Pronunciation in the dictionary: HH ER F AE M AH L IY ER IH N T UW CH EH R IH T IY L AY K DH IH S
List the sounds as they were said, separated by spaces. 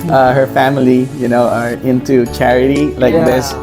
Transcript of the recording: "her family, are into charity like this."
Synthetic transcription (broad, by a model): HH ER F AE M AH N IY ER IH N T UW CH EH R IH T IY L AY K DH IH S